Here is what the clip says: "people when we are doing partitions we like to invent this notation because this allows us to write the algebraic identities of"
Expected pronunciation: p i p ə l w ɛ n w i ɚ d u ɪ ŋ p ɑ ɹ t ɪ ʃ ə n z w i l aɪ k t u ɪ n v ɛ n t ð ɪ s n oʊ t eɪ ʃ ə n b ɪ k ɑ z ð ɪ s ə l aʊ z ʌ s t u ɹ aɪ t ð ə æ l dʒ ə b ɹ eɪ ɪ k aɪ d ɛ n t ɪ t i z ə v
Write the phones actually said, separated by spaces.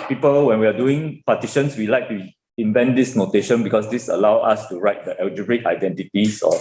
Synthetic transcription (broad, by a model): p i p ə l w ɛ n w i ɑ d u ɪ ŋ p ɑ t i ʃ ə n s w i l aɪ k t u ɪ n v ɛ n t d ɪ s n oʊ t eɪ ʃ ə n b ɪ k ɑ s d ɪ s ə l aʊ ɑ s t u ɹ aɪ t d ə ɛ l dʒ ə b ɹ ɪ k aɪ d ɛ n t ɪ t i s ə